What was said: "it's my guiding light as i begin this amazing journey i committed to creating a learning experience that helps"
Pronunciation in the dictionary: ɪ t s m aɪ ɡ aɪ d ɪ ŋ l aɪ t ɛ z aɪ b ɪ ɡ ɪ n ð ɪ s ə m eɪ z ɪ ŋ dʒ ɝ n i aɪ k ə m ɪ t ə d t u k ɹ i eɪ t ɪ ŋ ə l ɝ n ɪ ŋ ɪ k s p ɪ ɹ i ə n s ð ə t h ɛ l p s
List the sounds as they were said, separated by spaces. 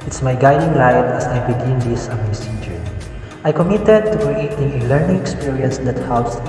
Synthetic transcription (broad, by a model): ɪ t s m aɪ ɡ aɪ d ɪ ŋ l aɪ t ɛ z aɪ b ɪ ɡ ɪ n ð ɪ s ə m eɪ s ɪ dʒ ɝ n aɪ k ə m ɪ t ə d t u k ɹ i eɪ t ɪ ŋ ə l ɝ n ɪ ŋ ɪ k s p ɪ ɹ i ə n s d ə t h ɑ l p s